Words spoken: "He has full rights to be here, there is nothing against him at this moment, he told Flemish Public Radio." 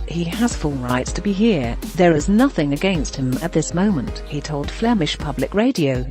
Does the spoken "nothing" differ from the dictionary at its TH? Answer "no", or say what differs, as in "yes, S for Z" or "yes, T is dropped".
no